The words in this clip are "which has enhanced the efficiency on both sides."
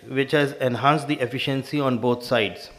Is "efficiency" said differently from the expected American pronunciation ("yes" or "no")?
no